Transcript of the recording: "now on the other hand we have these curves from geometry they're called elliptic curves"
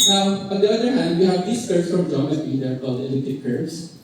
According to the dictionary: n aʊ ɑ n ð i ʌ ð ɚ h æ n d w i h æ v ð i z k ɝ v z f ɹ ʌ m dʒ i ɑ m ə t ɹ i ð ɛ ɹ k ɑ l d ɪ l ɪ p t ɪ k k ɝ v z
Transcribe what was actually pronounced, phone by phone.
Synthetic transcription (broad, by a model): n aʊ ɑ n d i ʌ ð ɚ h æ n d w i h æ v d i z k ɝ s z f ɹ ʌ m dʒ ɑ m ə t i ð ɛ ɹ k ɑ l d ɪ l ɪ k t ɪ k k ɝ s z